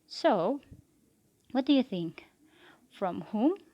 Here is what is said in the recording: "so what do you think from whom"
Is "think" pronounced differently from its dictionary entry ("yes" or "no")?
no